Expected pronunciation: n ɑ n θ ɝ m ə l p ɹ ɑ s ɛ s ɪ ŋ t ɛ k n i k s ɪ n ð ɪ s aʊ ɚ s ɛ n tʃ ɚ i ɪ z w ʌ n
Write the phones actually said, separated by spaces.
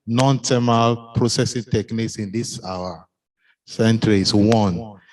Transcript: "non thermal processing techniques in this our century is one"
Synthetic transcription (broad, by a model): n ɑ n t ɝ m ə l p ɹ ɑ s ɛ s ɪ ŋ t ɛ k n i k s ɪ n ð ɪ s aʊ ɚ s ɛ n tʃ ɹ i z w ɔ n